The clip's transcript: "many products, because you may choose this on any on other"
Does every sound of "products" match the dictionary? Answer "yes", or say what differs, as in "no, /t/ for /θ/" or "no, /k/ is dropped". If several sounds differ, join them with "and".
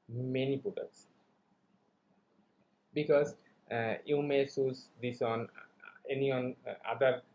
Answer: no, /k/ is dropped